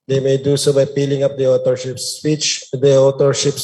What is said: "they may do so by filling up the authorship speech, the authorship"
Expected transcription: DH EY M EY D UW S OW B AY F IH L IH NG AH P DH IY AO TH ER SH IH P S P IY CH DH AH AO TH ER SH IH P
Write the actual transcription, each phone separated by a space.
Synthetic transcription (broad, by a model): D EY M EY D UW S OW B AY P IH L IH NG AH P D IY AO T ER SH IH P S P IY CH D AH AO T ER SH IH P